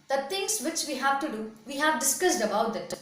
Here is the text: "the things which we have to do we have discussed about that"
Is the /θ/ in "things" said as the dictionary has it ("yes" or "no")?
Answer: no